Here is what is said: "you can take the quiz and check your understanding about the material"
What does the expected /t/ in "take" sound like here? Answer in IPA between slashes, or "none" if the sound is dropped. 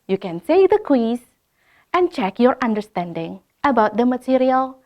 /s/